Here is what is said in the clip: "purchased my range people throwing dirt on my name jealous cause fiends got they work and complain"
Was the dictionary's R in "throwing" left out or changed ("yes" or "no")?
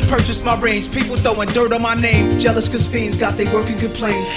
yes